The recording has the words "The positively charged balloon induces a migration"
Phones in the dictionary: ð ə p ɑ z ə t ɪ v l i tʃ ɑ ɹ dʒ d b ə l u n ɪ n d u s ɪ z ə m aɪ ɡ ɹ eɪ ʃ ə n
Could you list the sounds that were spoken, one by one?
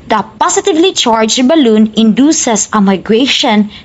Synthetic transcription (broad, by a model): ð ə p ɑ s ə t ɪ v l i tʃ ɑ ɹ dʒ b ə l u n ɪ n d u s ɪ s ə m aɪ ɡ ɹ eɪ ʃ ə n